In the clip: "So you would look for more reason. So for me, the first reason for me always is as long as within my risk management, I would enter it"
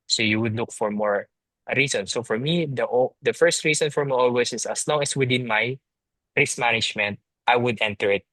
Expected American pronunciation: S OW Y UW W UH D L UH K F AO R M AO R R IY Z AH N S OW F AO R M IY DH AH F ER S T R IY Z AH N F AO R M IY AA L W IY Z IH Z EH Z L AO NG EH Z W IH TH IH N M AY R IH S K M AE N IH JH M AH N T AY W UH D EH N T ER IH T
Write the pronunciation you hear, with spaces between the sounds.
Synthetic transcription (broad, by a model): S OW Y UW W UH D L UH K F AO R M AO R R IY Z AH N S OW F AO R M IY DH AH F ER S T R IY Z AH N F AO R M IY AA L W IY S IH S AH S L AO NG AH S W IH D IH N M AY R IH S M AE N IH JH M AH N T AY W UH D EH N T ER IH T